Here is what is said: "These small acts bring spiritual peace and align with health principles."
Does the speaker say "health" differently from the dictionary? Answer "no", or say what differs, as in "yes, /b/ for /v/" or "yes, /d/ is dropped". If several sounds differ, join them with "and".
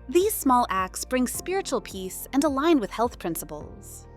no